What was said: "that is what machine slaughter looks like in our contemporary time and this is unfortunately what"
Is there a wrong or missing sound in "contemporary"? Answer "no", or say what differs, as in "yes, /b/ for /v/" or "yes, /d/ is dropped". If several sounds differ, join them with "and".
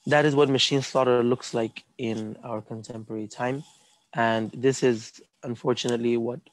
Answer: no